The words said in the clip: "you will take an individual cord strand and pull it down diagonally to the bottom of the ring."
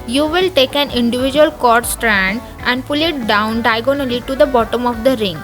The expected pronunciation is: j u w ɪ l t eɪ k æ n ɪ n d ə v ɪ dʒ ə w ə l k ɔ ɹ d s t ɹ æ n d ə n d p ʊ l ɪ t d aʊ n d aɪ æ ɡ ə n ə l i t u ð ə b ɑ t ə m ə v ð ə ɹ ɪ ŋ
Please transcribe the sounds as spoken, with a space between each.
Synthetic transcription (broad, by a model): j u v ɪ l t eɪ k æ n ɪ n d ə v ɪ dʒ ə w ə l k ɔ ɹ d s t ɹ æ n d ə n d p ʊ l ɪ t d aʊ n d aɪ ɡ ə n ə l i t u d ə b ɑ t ə m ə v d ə ɹ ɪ ŋ